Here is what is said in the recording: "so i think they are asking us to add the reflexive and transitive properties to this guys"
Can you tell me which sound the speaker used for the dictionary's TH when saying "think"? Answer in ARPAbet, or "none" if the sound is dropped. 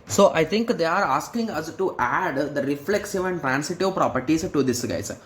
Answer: T